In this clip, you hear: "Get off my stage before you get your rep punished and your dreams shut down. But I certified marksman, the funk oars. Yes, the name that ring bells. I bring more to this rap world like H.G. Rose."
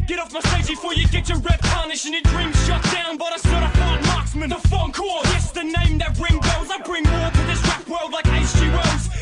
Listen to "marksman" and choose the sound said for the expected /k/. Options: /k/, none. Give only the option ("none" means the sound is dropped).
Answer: /k/